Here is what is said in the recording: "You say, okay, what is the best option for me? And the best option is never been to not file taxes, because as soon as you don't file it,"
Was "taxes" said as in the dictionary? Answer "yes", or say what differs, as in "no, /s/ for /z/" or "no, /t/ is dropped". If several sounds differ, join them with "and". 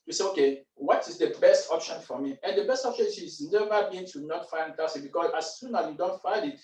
no, /k/ is dropped and /z/ is dropped